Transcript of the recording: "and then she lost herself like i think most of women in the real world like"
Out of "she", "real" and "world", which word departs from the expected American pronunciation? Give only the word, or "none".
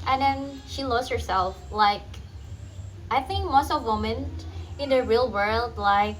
none